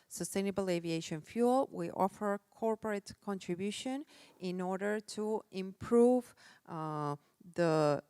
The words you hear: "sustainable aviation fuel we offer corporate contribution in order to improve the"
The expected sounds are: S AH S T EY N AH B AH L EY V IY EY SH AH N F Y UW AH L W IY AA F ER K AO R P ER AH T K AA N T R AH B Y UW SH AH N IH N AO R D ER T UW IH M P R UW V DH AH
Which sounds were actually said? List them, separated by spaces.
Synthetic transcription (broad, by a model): S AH S T EY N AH B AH L EY V IY EY SH AH N F Y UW L W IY AA F ER K AO R P ER AH T K AA N T R AH B Y UW SH AH N IH N AO R D ER T UW IH M P R UW V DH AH